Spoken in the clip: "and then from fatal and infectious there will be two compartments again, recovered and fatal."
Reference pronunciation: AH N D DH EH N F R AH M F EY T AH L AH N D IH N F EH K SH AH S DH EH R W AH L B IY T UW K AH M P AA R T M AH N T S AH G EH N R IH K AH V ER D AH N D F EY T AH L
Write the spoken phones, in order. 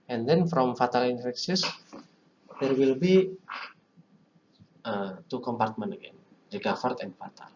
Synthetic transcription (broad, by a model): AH N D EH N F R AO M F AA T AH L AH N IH N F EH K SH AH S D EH R W AH L B IY T UW K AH M P AA R T M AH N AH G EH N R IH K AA F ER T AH N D F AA T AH L